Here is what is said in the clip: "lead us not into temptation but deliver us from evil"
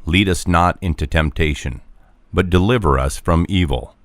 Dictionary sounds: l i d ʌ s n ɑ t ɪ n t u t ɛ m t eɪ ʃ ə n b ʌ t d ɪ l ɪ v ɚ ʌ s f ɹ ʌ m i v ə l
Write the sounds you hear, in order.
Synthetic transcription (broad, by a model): l i d ʌ s n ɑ t ɪ n t u t ɛ m t eɪ ʃ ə n b ʌ t d ɪ l ɪ v ɚ ʌ s f ɹ ʌ m i v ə l